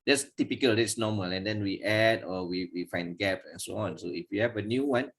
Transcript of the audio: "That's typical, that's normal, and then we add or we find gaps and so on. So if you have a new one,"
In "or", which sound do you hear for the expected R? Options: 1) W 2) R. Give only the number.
1